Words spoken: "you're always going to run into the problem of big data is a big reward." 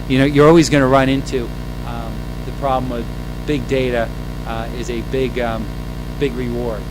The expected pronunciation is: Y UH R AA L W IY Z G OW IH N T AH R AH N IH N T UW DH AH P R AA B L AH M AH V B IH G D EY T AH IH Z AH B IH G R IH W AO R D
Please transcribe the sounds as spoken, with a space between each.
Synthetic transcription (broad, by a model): Y UH R AA L W IY Z G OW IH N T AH R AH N IH N T UW DH AH P R AA B L AH M AH V B IH G D EY T AH IH Z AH B IH G R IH W AO R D